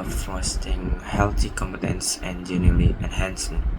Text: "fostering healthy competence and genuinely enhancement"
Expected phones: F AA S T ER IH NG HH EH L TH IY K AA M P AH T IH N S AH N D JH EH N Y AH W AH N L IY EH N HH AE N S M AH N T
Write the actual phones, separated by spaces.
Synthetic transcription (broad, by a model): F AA S T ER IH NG HH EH L T IY K AA M P AH T IH N S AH N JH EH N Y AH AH L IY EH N HH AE N S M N